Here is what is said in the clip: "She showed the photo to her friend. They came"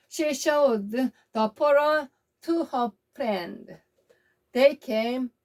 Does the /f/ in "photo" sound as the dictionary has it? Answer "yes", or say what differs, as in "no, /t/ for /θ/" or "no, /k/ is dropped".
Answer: no, /p/ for /f/